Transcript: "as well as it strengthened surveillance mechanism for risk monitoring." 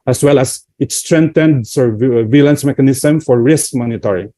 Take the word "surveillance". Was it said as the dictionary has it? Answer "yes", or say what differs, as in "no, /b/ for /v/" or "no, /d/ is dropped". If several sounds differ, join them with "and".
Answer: yes